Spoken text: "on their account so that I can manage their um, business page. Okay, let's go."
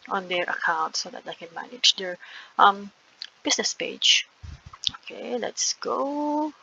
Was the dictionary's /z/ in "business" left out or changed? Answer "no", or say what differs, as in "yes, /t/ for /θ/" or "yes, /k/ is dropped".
yes, /s/ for /z/